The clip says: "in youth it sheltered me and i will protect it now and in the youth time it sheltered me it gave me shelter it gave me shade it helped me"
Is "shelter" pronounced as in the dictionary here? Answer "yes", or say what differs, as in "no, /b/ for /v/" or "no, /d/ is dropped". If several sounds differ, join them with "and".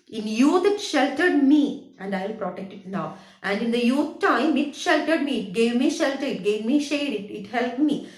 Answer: yes